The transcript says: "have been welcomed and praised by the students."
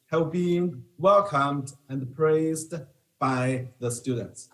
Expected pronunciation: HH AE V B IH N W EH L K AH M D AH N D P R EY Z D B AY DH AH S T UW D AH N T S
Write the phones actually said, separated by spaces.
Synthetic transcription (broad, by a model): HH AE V B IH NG W EH L K AH M D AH N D P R EY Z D B AY DH AH S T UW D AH N T S